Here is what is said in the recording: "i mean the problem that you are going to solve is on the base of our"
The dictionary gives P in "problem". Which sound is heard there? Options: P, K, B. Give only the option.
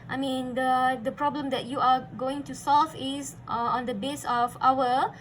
P